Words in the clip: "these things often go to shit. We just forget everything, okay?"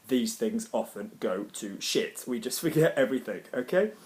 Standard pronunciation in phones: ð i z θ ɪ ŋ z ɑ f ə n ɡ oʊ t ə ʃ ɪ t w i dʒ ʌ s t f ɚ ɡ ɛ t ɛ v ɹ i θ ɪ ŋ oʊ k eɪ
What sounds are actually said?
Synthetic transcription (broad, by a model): ð i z θ ɪ ŋ z ɑ f ə n ɡ oʊ t ə ʃ ɪ t w i dʒ ʌ s t f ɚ ɡ ɛ t ɛ v ɹ i θ ɪ ŋ oʊ k eɪ